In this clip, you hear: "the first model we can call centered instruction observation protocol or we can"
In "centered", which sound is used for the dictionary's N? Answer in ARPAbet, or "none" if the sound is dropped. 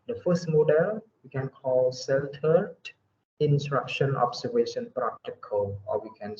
L